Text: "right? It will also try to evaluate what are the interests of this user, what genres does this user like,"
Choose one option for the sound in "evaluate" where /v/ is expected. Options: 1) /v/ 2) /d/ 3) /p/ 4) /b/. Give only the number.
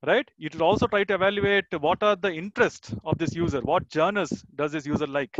1